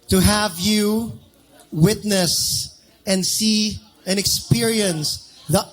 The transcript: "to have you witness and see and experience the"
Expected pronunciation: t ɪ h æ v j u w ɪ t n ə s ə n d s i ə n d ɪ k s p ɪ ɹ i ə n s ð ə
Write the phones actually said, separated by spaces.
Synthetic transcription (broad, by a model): t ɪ h æ v j u w ɪ t n ə s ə n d s i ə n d ɪ k s p ɪ ɹ i ə n s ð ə